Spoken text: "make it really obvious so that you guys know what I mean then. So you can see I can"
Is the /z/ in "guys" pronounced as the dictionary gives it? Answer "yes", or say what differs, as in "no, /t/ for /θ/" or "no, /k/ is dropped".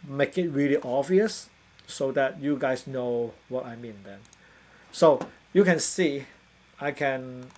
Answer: no, /s/ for /z/